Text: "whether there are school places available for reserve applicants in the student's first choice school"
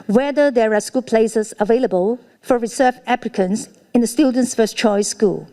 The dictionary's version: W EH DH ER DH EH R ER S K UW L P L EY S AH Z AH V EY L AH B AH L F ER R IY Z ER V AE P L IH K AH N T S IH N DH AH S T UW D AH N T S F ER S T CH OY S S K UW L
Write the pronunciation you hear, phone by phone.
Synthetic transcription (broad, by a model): W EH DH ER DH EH R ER S K UW L P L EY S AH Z AH V EY L AH B AH L F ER R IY S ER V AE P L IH K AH N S IH N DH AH S T UW D AH N T S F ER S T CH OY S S K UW L